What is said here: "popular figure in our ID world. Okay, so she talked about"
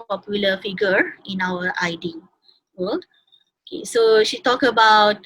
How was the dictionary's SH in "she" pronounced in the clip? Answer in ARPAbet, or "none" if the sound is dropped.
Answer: SH